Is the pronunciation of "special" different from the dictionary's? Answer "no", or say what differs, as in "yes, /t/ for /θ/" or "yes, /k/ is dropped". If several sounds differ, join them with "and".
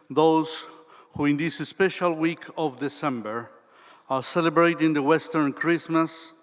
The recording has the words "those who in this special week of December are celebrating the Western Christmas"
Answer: no